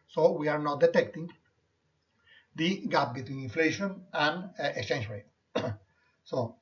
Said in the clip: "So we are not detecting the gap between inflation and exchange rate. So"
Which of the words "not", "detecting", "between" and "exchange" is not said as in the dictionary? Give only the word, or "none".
exchange